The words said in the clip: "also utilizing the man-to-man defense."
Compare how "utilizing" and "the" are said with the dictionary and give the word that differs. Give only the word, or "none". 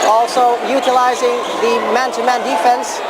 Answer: none